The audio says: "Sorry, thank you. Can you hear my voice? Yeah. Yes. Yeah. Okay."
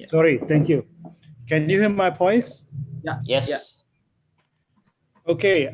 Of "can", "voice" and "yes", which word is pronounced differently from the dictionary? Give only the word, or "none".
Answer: voice